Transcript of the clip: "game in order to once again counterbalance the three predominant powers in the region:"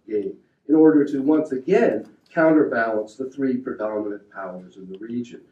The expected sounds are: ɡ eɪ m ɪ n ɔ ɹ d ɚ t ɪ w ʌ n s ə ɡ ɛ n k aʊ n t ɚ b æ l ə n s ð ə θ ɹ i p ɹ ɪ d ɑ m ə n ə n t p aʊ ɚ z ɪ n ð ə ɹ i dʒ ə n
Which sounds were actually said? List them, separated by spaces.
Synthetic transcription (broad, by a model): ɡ eɪ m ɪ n ɔ ɹ d ɚ t ɪ w ʌ n s ə ɡ ɛ n k aʊ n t ɚ b æ l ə n s ð ə θ ɹ i p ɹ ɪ d ɑ m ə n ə n p aʊ ɚ z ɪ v ð ə ɹ i dʒ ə n